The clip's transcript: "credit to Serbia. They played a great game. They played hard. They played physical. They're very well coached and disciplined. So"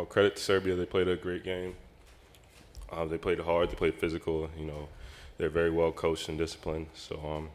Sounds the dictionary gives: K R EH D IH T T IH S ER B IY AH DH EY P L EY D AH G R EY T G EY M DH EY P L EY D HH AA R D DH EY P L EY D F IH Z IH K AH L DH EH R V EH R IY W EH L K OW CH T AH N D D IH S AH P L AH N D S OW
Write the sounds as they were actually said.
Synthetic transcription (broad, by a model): K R EH D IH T T IH S ER B IY AH DH EY P L EY D AH G R EY T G EY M DH EY P L EY D HH AA R D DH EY P L EY D F IH Z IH K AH N DH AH R V EH R IY W EH L K OW CH T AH N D D IH S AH P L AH N S OW